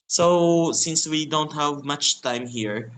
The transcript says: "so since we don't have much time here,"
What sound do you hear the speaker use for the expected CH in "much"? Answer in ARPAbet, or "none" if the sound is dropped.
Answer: CH